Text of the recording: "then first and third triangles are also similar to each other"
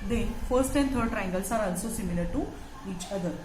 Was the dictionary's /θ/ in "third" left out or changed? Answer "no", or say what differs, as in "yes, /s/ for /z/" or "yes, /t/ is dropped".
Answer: yes, /t/ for /θ/